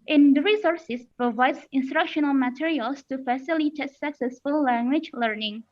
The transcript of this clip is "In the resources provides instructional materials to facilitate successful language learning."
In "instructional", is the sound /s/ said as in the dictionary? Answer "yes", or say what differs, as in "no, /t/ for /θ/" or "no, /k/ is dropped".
yes